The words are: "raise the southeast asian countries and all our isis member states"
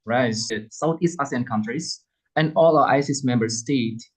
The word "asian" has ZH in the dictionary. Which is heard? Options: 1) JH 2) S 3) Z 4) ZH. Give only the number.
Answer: 2